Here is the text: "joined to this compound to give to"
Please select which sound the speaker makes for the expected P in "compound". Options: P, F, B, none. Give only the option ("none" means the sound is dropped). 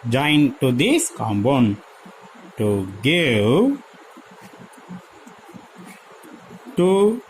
B